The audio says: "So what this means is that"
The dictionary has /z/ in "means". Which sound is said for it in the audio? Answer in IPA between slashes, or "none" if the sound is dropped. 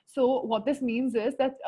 /z/